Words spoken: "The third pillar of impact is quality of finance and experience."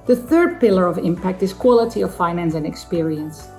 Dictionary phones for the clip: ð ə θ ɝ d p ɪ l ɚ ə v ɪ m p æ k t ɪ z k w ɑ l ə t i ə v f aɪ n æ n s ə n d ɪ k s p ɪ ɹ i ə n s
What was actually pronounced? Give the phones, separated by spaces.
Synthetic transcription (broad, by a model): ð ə θ ɝ d p ɪ l ɚ ə v ɪ m p æ k t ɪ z k w ɑ l ə t i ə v f aɪ n æ n s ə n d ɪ k s p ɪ ɹ i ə n s